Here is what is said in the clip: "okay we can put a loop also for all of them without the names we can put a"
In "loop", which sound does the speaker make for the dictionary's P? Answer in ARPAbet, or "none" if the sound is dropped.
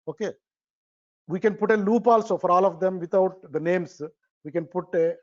P